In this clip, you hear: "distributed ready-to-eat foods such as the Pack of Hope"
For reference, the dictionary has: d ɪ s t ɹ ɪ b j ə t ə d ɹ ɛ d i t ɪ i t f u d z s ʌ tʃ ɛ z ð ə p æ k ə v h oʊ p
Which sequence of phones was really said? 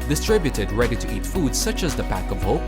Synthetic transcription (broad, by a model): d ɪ s t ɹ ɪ b j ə t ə d ɹ ɛ d i t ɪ i t f u d z s ʌ tʃ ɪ z ð ə p æ k ə v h oʊ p